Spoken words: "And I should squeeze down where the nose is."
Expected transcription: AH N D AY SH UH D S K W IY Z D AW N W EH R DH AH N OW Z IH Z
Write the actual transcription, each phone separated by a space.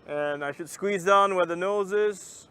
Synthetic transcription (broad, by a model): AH N AY SH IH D S K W IY Z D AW N W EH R DH AH N OW Z IH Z